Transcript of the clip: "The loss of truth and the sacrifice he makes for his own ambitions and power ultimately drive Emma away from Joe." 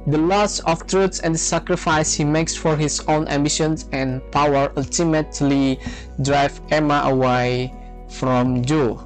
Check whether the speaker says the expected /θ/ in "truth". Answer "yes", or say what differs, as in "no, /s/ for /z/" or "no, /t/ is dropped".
no, /s/ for /θ/